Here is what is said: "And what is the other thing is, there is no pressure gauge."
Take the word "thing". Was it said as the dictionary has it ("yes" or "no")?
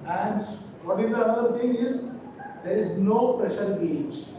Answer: no